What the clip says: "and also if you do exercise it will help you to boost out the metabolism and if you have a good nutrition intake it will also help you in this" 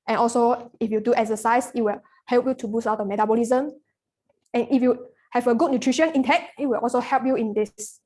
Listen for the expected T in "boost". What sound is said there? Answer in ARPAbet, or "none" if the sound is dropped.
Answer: none